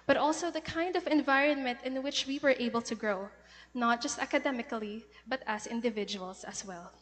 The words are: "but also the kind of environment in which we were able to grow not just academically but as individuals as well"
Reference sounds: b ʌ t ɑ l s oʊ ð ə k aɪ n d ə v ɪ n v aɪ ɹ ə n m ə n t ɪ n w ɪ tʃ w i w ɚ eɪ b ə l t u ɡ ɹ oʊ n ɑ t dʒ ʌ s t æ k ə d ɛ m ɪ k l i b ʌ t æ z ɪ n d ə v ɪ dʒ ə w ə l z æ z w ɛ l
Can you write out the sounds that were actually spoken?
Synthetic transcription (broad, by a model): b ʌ t ɑ l s oʊ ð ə k aɪ n d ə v ɪ n v aɪ ɹ ə n m ə n t ɪ n w ɪ tʃ w i w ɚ eɪ b ə l t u ɡ ɹ oʊ n ɑ t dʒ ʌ s t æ k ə d ɛ m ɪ k l i b ʌ t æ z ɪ n d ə v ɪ dʒ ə w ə l s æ s w ɛ l